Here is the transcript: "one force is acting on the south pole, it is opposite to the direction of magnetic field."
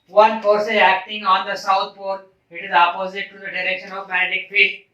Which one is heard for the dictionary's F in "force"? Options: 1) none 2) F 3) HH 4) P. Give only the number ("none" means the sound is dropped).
4